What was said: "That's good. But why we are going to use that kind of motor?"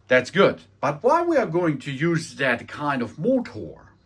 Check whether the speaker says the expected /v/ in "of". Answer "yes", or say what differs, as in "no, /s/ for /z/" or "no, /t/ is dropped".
yes